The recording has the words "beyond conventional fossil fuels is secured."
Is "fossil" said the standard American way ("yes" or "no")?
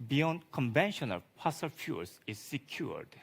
no